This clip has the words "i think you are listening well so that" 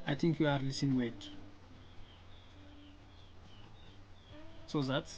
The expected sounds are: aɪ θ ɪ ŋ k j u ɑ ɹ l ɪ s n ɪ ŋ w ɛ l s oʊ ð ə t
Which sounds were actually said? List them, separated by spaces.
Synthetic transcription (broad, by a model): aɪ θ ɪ ŋ k j u ɑ ɹ l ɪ s ɪ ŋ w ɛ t s oʊ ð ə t